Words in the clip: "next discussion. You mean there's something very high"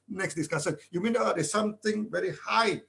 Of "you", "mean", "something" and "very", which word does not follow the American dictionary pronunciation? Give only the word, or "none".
something